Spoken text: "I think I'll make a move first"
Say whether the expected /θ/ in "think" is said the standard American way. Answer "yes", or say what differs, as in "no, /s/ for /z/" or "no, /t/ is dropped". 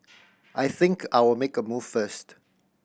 yes